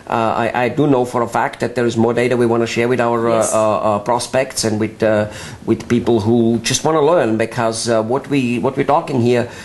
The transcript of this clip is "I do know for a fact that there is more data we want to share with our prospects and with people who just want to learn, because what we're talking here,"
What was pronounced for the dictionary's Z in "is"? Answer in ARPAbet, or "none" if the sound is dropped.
Z